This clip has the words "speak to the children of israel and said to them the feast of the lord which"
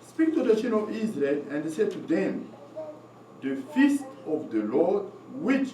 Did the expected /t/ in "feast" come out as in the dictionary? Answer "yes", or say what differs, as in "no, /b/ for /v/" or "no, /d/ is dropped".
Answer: yes